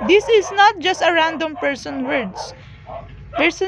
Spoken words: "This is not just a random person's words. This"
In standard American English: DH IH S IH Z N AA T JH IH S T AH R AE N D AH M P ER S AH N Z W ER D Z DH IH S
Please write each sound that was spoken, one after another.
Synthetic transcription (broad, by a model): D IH S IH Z N AA T JH IH S T AH R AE N D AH M P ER S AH N W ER D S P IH S